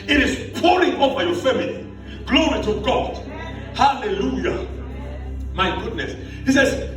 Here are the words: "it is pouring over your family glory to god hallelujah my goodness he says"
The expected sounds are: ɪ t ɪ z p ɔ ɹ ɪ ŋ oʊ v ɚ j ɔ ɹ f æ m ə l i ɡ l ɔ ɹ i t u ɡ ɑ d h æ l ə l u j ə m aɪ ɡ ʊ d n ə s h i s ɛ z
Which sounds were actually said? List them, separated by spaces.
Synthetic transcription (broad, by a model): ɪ t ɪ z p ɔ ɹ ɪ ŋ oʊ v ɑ j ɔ f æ m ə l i ɡ l ɔ ɹ i t u ɡ ɑ d h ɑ l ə l u j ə m aɪ ɡ ʊ d n ə s h i s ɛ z